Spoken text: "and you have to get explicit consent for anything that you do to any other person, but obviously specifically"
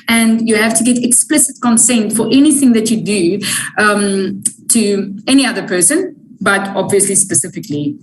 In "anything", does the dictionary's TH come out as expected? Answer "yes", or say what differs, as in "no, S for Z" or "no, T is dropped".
yes